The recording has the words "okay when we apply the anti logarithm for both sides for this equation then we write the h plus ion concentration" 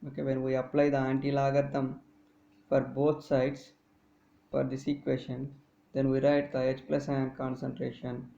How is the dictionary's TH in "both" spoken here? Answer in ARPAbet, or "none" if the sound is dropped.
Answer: T